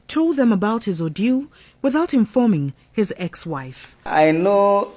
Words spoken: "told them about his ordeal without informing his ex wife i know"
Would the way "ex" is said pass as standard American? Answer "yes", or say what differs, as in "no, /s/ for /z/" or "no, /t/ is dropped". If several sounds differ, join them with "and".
yes